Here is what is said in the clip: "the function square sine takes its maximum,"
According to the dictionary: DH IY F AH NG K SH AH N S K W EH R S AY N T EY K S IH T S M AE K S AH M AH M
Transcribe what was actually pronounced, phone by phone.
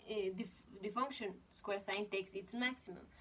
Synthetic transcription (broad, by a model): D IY F AH NG K SH AH N S K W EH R S AY N T EY K S IH T S M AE K S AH M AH M